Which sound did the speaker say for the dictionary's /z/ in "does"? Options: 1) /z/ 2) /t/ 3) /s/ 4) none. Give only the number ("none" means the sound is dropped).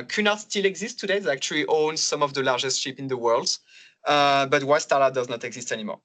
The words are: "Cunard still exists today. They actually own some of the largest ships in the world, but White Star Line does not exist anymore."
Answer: 1